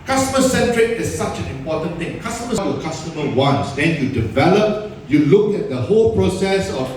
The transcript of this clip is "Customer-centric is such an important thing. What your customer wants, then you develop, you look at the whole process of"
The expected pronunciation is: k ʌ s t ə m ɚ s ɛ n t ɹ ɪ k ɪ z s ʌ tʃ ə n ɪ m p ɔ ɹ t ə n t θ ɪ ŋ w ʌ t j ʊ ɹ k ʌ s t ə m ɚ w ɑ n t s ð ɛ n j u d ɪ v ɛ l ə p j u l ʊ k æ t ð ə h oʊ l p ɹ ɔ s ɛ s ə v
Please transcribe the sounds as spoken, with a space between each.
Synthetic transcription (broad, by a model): k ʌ s t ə m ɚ s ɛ n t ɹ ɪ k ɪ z s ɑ tʃ ə n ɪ m p ɔ t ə n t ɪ ŋ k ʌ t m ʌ w k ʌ s t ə m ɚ w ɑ n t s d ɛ n j u d ɪ v ɛ l ə p j u l ʊ k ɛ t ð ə h oʊ l p ɹ ɔ s ɛ s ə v